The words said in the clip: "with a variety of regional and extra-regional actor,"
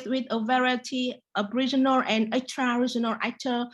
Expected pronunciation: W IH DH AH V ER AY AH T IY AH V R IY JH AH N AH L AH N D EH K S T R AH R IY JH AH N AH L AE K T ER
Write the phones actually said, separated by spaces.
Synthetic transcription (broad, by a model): W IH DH AH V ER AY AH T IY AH B R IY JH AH N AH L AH N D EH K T R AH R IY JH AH N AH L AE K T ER